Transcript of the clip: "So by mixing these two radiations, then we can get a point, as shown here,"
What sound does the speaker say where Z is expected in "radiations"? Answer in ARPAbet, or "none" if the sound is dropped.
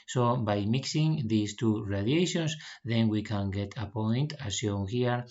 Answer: S